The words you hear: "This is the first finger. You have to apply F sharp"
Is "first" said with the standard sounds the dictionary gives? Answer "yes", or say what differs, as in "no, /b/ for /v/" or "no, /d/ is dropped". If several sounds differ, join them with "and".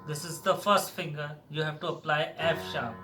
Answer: yes